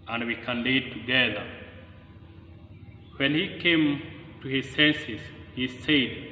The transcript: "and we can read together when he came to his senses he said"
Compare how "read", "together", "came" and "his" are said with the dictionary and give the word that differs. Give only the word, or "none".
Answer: read